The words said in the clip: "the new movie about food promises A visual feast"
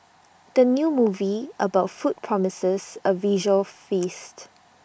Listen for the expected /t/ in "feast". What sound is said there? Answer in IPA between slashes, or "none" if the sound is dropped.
/t/